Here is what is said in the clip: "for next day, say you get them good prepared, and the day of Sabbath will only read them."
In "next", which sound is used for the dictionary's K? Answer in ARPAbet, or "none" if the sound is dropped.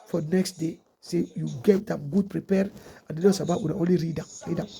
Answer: K